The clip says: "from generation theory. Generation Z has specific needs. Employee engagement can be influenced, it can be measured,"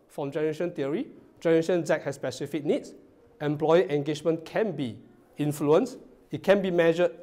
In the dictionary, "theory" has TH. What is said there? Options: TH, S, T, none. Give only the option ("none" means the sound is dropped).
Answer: T